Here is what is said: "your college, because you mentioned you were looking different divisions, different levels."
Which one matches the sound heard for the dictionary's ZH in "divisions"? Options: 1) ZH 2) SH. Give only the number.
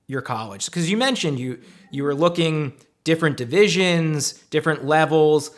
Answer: 1